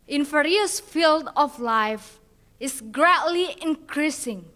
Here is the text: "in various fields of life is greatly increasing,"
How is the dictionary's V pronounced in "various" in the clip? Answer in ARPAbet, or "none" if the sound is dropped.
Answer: F